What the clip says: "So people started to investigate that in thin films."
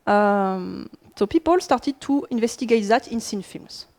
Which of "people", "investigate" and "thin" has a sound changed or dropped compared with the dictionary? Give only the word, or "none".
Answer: thin